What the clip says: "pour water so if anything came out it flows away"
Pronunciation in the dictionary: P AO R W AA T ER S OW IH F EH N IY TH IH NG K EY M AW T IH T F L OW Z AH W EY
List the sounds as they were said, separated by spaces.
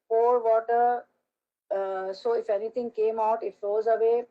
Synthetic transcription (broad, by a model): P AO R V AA T ER S OW IH F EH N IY T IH NG K EY M AW T IH T F L OW Z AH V EY